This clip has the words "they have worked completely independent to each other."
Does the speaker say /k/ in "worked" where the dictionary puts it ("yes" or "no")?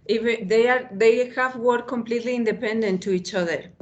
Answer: no